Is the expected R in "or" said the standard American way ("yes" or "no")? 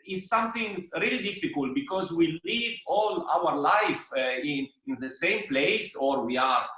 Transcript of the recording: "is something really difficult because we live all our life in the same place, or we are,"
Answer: yes